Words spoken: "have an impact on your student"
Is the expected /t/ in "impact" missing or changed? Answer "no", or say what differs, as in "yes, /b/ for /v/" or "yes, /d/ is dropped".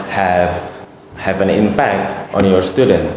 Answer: no